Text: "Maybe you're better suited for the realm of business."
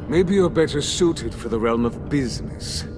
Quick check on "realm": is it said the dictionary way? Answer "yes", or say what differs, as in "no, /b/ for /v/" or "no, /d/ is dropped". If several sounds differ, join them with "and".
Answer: yes